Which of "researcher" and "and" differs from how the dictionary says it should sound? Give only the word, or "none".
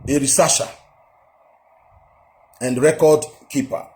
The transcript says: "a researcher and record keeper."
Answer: researcher